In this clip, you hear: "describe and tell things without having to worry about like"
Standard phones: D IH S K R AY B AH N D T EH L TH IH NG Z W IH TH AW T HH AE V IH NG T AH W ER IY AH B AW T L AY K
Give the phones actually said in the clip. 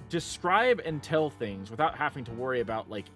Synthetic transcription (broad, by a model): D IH S K R AY B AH N T EH L TH IH NG Z W IH TH AW T HH AE V IH NG T AH W ER IY AH B AW T L AY K